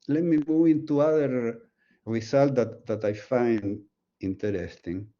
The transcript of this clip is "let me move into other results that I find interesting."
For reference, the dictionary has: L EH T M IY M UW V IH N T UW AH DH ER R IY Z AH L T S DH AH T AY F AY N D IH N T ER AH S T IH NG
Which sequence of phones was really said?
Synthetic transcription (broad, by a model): L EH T M IY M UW IH N T UW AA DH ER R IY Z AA L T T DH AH T AY F AY N D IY N T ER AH S T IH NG